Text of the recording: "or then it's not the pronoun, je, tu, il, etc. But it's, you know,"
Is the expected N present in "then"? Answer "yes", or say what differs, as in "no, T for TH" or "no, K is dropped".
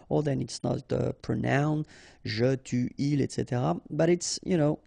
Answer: yes